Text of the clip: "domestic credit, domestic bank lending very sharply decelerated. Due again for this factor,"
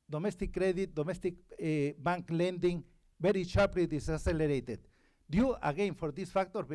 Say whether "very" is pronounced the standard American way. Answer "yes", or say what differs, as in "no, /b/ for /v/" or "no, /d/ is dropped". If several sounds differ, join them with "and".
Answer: no, /b/ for /v/